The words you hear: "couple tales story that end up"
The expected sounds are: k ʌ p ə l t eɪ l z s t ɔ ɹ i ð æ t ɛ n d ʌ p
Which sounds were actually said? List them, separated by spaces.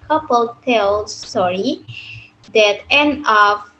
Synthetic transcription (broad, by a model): k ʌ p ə l t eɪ l s t ɔ ɹ i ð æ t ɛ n ʌ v